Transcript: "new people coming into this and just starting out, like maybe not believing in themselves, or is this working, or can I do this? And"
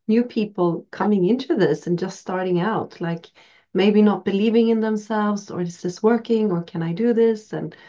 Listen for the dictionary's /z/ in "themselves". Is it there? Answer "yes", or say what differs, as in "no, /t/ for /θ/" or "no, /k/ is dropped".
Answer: yes